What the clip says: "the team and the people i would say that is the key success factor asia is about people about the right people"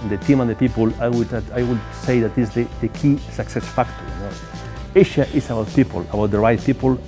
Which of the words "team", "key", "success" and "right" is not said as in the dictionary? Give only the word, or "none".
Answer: none